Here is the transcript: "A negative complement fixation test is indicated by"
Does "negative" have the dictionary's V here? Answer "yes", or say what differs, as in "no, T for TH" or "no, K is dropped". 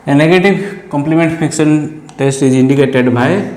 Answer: no, B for V